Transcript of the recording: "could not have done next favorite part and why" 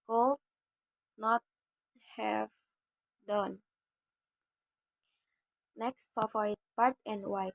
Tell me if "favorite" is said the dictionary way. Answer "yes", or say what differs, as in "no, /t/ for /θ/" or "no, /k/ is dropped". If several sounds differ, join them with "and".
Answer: no, /f/ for /v/